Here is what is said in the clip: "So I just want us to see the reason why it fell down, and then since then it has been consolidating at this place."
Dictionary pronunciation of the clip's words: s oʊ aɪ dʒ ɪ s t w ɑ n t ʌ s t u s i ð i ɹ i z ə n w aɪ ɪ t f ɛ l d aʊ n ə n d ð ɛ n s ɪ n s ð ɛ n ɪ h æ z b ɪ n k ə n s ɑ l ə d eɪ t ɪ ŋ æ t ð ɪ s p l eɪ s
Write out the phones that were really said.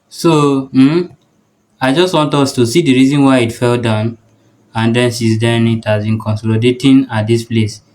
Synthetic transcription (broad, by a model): s oʊ aɪ dʒ ɪ s t w ɑ n t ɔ s t u s i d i ɹ i z ə n w aɪ ɪ t f ɛ l d aʊ n ə n d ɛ n s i s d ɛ n ɪ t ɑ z b ɪ n k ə n s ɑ l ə d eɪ t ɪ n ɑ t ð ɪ s p l eɪ s